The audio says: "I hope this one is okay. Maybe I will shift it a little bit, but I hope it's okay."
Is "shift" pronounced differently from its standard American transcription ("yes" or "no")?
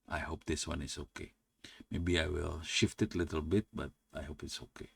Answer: no